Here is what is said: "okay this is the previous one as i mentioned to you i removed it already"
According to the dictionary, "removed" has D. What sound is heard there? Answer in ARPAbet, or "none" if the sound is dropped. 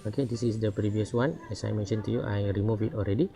none